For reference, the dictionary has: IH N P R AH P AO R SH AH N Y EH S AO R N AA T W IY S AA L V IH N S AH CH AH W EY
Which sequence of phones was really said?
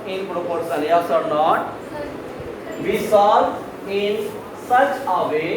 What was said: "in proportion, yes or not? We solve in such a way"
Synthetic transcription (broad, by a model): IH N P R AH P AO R S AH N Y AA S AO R N AA T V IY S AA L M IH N S AH CH AH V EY